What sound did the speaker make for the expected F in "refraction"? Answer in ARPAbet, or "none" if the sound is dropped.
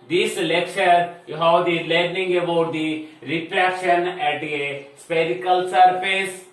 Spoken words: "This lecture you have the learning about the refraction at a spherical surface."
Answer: P